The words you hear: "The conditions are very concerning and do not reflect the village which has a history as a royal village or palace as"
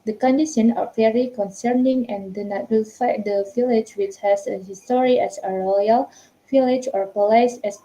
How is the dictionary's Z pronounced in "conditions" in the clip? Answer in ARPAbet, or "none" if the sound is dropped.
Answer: none